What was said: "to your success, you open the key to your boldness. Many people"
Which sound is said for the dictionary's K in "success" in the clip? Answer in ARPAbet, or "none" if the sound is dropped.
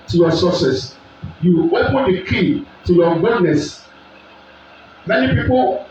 none